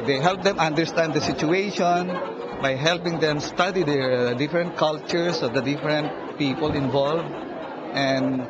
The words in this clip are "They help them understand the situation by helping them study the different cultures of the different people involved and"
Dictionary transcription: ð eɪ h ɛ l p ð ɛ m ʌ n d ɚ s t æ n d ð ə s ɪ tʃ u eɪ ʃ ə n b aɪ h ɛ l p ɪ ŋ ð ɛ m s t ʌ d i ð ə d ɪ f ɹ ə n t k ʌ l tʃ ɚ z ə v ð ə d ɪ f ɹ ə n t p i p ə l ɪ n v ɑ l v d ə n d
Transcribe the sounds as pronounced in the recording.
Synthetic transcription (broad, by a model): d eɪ h ɛ l p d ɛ m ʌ n d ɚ s t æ n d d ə s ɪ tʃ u eɪ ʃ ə n b aɪ h ɛ l p ɪ ŋ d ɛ m s t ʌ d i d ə d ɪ f ɹ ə n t k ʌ l tʃ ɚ s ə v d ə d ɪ f ɹ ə n t p i p ə l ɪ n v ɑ l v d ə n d